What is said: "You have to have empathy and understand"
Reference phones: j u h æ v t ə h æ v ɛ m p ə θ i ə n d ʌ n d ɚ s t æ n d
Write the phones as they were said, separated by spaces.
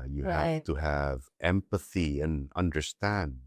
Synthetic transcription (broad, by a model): j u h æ t ə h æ v ɛ m p ə θ i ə n ʌ n d ɚ s t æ n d